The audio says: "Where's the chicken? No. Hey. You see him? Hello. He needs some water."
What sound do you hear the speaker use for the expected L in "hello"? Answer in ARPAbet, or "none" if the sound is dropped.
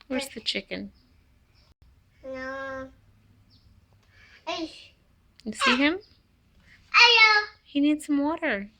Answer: none